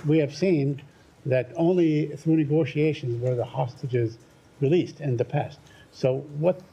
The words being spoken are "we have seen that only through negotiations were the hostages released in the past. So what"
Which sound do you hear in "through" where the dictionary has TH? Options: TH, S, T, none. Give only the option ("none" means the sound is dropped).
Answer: TH